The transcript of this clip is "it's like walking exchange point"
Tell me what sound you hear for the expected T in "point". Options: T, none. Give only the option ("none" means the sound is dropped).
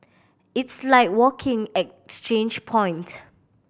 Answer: T